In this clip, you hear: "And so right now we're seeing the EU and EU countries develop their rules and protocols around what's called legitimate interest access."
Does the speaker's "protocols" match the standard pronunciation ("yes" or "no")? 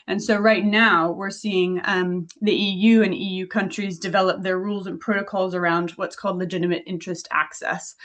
yes